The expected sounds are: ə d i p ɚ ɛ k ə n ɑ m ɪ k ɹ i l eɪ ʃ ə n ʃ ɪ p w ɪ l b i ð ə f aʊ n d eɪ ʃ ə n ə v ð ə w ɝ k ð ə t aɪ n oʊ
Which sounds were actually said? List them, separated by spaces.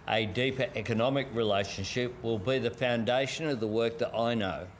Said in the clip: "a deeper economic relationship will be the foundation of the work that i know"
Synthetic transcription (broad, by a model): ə d i p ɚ ɛ k ə n ɑ m ɪ k ɹ i l eɪ ʃ ə n ʃ ɪ p w ɪ l b i ð ə f aʊ n d eɪ ʃ ə n ə v ð ə w ɝ k ð ə t aɪ n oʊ